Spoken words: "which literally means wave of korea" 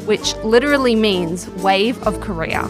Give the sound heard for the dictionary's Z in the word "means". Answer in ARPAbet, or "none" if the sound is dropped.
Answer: Z